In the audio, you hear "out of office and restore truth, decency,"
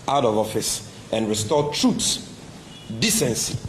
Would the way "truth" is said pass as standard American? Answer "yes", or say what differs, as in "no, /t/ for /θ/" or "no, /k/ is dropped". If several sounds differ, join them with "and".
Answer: no, /s/ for /θ/